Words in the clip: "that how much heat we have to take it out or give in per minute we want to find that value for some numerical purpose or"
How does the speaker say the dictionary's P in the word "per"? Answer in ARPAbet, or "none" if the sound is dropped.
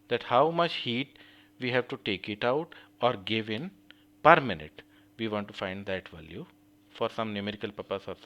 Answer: P